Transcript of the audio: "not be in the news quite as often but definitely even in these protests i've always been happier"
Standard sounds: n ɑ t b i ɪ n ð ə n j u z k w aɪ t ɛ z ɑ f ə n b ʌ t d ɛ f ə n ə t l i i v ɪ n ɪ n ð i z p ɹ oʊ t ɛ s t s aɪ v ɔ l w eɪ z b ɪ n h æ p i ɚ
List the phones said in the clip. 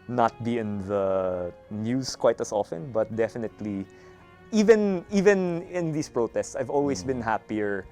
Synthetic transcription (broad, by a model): n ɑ t b i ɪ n ð ə n j u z k w aɪ t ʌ s ɑ f ə n b ʌ t d ɛ f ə n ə t l i i v ɪ n ɪ n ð i s p ɹ oʊ t ɛ s t s aɪ v ɔ l w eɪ s b ɪ n h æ p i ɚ